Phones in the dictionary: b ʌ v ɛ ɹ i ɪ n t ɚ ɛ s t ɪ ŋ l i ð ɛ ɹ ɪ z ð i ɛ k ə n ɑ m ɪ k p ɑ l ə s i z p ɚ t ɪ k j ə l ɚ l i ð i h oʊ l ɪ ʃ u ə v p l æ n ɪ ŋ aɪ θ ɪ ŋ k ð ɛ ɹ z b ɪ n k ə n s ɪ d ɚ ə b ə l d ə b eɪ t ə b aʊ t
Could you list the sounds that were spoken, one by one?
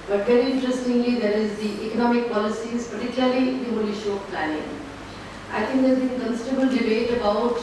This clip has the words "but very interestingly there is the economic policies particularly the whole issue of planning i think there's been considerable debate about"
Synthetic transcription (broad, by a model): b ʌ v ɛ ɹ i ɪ n t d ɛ s t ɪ ŋ l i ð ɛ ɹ ɪ z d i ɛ k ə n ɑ m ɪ k p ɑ l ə s i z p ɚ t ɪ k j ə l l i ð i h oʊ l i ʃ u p p l æ n ɪ ŋ aɪ t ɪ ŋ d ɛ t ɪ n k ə n s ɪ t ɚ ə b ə l d ə b eɪ t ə b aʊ t